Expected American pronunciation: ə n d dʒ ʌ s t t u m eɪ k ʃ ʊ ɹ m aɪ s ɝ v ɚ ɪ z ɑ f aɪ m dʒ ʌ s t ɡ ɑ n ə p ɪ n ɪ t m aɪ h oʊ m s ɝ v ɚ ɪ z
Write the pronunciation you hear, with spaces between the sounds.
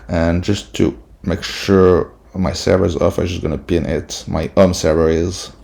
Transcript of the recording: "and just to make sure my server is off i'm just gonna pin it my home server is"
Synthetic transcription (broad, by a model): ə n dʒ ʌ s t t u m eɪ k ʃ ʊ ɹ m aɪ s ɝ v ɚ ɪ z ɑ f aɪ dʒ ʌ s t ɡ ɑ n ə p ɪ n ɪ t m aɪ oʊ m s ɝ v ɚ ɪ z